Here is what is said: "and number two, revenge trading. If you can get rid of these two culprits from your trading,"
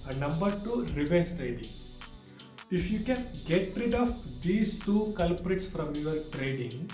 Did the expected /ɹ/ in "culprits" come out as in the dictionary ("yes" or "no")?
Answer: yes